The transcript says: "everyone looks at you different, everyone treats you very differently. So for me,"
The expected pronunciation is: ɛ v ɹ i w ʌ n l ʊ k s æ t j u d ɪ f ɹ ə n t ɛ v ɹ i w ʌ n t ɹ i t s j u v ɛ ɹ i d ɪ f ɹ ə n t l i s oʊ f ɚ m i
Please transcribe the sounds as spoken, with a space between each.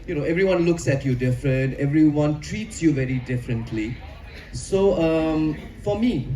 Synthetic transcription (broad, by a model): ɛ v ɹ i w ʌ n l ʊ k s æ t j u d ɪ f ɹ ə n t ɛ v ɹ i w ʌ n t ɹ i t s j u v ɛ ɹ i d ɪ f ɹ ə n t l i s oʊ f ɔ m i